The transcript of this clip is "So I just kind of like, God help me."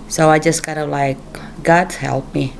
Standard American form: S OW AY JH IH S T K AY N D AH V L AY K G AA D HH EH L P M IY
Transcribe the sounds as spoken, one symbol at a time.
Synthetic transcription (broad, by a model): S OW AY JH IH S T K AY D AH L AY K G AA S HH EH L P M IY